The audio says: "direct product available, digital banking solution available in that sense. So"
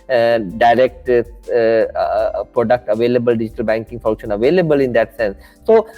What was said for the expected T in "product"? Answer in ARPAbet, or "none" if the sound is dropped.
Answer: T